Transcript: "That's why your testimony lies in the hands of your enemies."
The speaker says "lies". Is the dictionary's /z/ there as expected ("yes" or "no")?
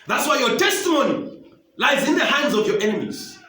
yes